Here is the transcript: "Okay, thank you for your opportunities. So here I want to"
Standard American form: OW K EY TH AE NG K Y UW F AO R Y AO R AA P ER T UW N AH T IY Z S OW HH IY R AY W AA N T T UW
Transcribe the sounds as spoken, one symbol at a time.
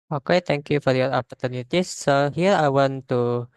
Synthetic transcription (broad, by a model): OW K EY T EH NG K Y UW F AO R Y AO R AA P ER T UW N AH T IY S OW HH IY R AY W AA N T T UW